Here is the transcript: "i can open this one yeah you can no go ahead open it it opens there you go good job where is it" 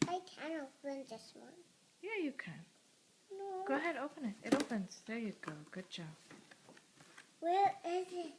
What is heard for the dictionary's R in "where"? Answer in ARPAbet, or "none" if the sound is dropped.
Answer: L